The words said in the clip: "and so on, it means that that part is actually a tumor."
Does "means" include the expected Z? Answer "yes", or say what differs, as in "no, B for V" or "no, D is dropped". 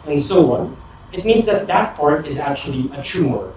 yes